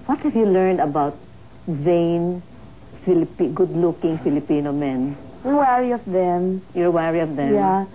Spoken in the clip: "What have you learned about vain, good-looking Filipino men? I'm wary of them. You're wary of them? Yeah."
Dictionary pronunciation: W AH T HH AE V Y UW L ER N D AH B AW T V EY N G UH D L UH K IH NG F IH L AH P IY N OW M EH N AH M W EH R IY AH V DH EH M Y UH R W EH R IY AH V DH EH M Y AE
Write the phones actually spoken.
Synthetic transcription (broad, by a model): W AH T HH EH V Y UW L ER N D AH B AW T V EY N G UH D L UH K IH NG F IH L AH P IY N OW M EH N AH W EH R IY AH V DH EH M Y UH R W EH R IY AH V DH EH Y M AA